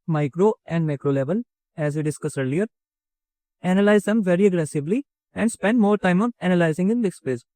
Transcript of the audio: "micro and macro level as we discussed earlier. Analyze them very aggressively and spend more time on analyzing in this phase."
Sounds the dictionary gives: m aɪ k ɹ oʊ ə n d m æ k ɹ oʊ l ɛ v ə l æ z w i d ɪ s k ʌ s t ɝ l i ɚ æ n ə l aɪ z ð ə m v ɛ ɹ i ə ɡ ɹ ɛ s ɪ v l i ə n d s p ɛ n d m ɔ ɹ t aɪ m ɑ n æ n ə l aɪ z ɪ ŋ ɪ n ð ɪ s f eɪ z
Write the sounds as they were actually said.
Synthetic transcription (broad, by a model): m aɪ k ɹ oʊ ə n d m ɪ k ɹ oʊ l ɛ v ə l æ z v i d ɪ s k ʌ s ɝ l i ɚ æ n ə l aɪ z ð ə m v ɛ ɹ i ə ɡ ɹ ɛ s ɪ v l i ə n d s p ɛ n d m ɔ ɹ t aɪ m ɑ n æ n ə l aɪ z ɪ ŋ ɪ n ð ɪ s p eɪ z